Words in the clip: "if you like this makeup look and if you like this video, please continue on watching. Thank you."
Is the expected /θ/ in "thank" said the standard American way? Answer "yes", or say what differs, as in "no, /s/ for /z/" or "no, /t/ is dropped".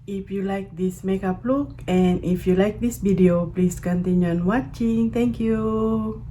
no, /t/ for /θ/